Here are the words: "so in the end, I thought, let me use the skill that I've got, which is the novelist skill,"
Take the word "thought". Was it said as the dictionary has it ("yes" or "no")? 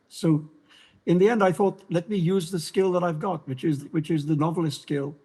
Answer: yes